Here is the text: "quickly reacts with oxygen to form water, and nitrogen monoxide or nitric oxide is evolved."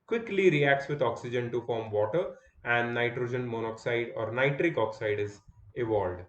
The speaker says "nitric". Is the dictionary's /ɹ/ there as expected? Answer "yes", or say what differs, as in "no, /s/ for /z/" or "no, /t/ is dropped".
yes